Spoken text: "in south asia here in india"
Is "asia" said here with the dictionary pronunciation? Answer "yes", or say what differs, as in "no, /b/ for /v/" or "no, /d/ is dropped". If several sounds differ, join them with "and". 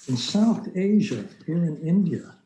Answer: yes